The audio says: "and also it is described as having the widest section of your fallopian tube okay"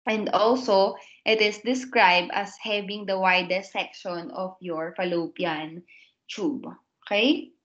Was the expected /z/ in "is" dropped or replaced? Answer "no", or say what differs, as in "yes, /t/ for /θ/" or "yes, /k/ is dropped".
yes, /s/ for /z/